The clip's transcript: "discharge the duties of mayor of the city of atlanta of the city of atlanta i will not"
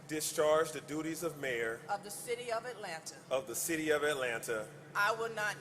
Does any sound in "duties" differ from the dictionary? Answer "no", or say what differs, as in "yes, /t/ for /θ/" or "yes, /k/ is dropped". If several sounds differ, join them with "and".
no